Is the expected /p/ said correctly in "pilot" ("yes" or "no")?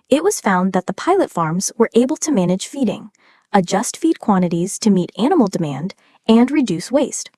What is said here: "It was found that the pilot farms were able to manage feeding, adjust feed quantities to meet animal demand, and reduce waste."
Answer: yes